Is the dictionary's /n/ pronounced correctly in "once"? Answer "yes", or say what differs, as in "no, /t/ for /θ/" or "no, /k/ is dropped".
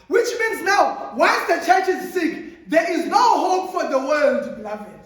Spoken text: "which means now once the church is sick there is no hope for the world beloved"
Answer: no, /l/ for /n/